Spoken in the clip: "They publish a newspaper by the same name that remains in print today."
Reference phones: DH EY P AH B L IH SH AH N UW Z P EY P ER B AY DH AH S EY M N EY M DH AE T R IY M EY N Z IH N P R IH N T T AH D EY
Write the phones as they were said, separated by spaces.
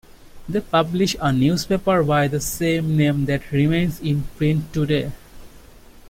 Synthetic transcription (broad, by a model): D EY P AH B L IH SH AH N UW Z P EY P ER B AY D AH S EY M N EY M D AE T R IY M EY N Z IH N P R IH N T T AH D EY